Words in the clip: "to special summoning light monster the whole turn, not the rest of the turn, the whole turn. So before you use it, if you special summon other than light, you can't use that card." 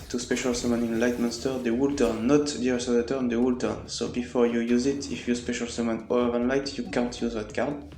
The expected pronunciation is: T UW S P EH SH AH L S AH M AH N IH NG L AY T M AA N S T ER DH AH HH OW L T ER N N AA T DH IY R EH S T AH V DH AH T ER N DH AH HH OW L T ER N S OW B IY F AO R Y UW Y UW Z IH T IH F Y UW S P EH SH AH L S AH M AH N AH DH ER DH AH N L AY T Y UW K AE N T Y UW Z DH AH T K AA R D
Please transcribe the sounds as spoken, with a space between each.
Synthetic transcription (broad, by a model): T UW S P EH SH AH L S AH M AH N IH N L AY T M AA N S T ER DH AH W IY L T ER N N AA T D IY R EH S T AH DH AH T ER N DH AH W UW L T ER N S OW B IY F AO R Y UW Y UW Z IH T IH F Y UW S P EH SH AH L S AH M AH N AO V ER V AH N L AY T Y UW K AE N T Y UW Z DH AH T K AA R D